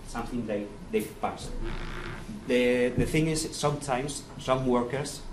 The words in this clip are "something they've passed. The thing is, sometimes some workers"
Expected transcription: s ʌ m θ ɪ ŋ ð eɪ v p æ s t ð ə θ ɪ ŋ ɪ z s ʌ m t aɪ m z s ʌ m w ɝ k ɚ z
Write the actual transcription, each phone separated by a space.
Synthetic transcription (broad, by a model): s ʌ m θ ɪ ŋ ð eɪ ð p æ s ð ð ə θ ɪ ŋ ɪ z s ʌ m t aɪ m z s ʌ m w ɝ k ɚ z